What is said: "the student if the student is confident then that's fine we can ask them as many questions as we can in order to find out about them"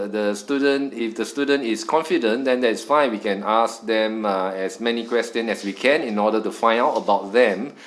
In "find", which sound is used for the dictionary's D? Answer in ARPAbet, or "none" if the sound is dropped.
none